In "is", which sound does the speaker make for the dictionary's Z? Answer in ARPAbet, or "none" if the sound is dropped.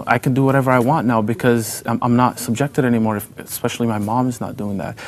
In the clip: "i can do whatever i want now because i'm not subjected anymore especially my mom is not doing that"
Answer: Z